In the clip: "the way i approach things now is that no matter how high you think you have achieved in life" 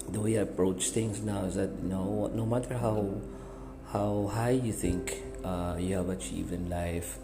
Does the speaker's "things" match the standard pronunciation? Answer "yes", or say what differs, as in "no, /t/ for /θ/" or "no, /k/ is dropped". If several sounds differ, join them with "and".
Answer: no, /t/ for /θ/